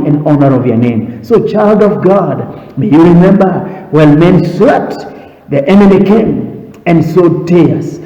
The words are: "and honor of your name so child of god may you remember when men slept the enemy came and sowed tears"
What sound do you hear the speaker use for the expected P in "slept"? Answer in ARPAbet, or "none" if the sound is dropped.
none